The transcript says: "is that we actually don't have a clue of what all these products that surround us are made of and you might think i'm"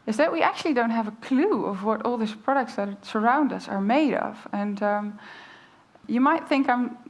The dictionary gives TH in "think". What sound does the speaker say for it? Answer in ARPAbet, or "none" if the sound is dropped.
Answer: TH